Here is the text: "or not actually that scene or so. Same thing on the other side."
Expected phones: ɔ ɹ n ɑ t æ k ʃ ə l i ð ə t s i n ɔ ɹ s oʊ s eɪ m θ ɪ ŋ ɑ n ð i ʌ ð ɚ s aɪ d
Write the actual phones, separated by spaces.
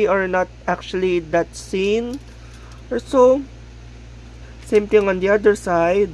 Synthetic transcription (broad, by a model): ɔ ɹ n ɑ t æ k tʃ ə l i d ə t s i n ɔ ɹ s oʊ s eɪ m t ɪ ŋ ɑ n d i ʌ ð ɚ s aɪ d